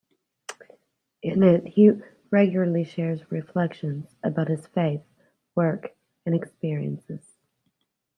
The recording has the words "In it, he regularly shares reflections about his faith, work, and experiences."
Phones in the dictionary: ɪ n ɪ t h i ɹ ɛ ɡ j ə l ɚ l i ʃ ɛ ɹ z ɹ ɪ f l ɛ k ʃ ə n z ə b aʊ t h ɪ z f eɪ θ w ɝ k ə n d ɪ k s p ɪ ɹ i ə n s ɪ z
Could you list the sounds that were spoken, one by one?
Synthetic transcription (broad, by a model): ɪ n ɪ t h i ɹ ɛ ɡ j l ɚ l i ʃ ɛ ɹ z ɹ ɪ f l ɛ k ʃ ə n z ə b aʊ t h ɪ z f eɪ θ w ɝ k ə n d ɪ k s p ɪ ɹ i ə n s ɪ z